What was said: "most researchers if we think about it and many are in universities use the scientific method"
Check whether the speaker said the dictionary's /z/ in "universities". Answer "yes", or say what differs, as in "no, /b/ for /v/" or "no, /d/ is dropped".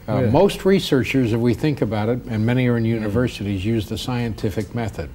yes